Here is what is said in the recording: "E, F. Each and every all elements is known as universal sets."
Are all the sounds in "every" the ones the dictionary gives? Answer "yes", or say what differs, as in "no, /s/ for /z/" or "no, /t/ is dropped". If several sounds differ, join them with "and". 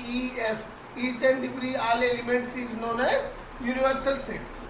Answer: no, /p/ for /v/